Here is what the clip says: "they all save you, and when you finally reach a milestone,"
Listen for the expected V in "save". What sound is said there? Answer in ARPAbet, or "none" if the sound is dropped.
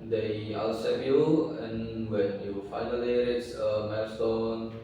P